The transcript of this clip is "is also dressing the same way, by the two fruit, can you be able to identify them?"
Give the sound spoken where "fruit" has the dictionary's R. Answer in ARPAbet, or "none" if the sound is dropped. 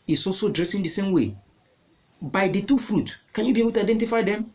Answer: R